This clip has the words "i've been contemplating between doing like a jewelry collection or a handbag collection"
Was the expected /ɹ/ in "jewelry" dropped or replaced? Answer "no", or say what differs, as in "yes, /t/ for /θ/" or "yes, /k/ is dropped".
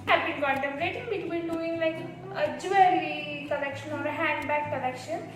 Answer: yes, /ɹ/ is dropped